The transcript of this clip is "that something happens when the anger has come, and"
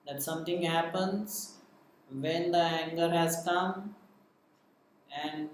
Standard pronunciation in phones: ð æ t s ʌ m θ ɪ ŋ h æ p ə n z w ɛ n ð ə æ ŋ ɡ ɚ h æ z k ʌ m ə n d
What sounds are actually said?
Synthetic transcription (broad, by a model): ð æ t s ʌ m t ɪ ŋ h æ p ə n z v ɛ n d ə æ ŋ ɡ ɚ h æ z k ʌ m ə n d